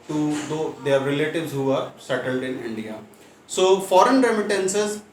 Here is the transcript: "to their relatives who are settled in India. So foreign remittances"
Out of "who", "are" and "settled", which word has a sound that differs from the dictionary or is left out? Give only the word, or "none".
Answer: none